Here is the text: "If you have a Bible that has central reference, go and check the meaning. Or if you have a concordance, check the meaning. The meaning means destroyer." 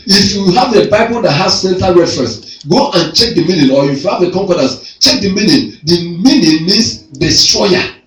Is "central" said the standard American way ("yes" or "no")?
no